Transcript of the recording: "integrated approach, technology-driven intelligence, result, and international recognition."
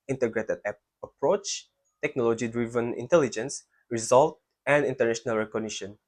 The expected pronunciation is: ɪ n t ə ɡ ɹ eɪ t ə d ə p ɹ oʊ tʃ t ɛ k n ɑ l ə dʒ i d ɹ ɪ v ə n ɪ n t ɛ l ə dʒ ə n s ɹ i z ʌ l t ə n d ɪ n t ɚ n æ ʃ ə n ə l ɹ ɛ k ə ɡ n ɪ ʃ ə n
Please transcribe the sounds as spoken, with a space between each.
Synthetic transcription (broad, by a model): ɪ n t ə ɡ ɹ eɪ t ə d ə p ɹ oʊ tʃ t ɛ k n ɑ l ə dʒ i d ɹ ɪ v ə n ɪ n t ɛ l ə dʒ ə n s ɹ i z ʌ l t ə n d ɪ n t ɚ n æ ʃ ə n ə l ɹ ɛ k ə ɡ n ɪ ʃ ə n